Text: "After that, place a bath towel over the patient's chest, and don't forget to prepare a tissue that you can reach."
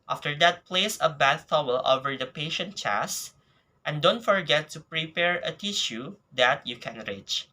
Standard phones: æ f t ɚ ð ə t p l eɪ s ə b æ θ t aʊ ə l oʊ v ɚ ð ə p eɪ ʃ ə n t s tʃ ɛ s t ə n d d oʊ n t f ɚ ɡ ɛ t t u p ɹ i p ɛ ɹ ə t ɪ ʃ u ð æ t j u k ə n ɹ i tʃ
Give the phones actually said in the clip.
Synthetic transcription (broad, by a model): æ f t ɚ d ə t p l eɪ s ə b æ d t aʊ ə l oʊ v ɚ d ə p eɪ ʃ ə n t tʃ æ s t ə n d d oʊ n t f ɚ ɡ ɛ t t u p ɹ i p ɛ ɹ ə t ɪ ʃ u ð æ t j u k ə n ɹ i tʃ